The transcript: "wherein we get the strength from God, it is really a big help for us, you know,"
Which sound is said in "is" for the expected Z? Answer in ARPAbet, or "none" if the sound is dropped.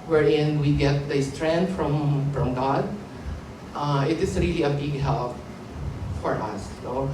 S